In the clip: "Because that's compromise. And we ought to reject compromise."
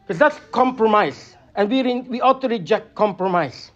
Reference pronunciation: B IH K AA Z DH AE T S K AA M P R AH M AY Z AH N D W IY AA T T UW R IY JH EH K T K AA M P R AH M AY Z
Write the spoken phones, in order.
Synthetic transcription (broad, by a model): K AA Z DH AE T S K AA M P R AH M AY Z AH N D W IY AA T T UW R IY JH EH K T K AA M P R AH M AY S